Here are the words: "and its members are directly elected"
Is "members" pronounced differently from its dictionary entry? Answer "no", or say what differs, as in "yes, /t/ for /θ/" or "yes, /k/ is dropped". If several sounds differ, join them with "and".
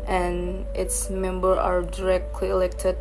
yes, /z/ is dropped